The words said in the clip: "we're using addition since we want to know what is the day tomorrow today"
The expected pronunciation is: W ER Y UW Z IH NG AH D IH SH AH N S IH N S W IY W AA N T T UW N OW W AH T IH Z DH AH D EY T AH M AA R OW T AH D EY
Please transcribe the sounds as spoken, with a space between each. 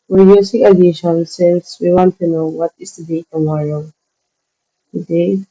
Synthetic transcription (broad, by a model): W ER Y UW S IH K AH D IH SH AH N S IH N S W IY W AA N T T UW N OW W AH T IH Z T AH D EY T AH M AA R OW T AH D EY